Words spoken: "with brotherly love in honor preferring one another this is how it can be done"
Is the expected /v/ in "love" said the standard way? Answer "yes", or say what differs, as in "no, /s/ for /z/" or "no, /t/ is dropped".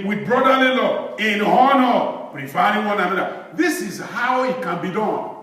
no, /v/ is dropped